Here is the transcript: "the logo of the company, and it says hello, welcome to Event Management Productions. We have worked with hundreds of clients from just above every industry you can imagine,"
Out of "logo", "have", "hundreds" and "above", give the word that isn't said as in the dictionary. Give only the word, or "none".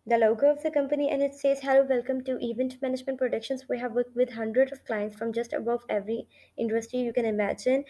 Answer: hundreds